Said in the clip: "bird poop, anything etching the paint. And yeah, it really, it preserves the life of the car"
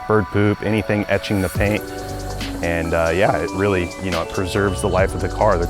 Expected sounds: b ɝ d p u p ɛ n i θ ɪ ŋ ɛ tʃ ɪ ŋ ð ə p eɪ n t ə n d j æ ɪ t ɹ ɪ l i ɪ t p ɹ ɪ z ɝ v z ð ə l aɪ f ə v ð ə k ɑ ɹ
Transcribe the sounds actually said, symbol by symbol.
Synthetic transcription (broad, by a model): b ɝ d p u p ɛ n i θ ɪ ŋ ɛ tʃ ɪ ŋ ð ə p eɪ n t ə n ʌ j æ ɪ t ɹ ɪ l i ɪ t p ɹ ɪ z ɝ v z ð ə l aɪ f ə v ð ə k ɑ ɹ